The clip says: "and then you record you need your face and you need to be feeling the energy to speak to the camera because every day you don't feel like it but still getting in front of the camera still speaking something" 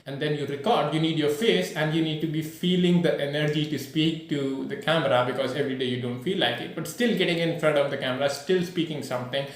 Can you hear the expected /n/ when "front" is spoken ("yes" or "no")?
no